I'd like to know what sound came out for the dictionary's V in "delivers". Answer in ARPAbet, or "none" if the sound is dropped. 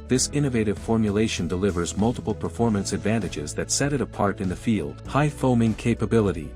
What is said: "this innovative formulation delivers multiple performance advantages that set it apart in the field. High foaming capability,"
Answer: V